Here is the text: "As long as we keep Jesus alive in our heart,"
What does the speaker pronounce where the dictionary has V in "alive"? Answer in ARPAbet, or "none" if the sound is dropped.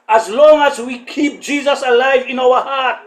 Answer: V